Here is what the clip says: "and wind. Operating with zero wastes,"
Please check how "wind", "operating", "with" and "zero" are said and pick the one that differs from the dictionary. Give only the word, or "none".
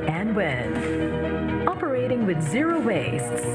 wind